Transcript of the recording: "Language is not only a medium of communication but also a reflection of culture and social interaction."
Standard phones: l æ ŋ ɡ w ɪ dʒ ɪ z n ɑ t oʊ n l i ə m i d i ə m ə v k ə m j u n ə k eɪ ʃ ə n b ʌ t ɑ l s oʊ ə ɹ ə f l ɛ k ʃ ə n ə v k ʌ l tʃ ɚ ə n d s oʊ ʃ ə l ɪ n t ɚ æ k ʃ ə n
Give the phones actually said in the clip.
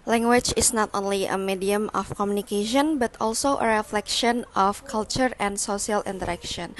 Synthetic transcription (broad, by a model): l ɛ ŋ ɡ w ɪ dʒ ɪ s n ɑ t oʊ n l i ə m i d i ə m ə f k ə m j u n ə k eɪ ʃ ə n b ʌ t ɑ l s oʊ ə ɹ ə f l ɛ k ʃ ə n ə f k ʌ l tʃ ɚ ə n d s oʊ s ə l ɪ n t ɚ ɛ k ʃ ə n